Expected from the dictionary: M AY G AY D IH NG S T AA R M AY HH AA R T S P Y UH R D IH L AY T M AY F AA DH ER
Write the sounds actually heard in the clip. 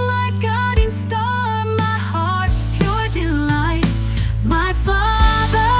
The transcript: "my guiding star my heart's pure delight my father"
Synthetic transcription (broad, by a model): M AY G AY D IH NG S T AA L M AY HH AA R T S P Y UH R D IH L AY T M AY F AA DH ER